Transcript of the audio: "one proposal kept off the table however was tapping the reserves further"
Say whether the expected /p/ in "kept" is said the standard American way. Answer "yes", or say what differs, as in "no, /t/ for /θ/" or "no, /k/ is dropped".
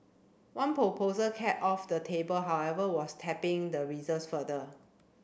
no, /p/ is dropped